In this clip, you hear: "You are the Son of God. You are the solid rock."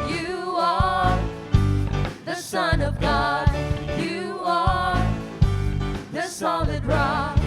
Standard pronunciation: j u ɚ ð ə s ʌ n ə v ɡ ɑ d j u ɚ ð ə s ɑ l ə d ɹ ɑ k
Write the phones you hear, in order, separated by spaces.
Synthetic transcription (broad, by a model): j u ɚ ð ə s ʌ n ə v ɡ ɑ d j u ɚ ð ə s ɑ l ə d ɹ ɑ